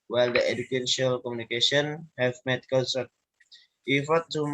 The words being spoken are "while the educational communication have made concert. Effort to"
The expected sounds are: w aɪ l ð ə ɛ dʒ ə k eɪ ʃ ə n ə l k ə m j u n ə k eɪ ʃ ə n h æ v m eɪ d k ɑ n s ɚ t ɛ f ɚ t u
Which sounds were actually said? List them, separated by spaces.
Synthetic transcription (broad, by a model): w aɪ l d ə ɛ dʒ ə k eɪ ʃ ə ə l k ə m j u n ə k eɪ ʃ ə n h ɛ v m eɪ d k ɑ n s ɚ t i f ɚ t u